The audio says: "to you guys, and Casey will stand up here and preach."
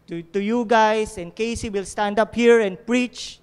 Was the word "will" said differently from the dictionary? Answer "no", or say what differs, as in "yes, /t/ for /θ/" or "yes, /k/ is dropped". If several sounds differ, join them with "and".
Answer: no